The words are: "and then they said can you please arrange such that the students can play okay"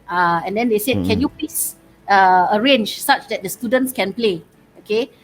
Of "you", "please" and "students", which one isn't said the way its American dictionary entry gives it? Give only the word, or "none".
please